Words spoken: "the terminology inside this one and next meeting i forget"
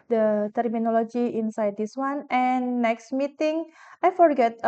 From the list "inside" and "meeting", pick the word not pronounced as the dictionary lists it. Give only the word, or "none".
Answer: none